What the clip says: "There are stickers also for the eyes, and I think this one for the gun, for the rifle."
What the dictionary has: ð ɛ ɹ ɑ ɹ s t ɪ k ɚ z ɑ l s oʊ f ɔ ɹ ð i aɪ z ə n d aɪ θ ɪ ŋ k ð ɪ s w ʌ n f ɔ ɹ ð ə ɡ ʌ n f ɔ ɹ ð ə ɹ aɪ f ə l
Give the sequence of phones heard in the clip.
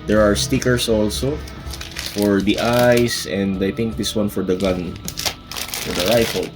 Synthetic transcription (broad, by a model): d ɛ ɹ ɑ ɹ s t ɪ k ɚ s ɑ l s oʊ f ɔ ɹ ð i aɪ s ə n d aɪ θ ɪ ŋ k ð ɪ s w ʌ n f ɔ ɹ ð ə ɡ ʌ n f ɔ ɹ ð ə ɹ aɪ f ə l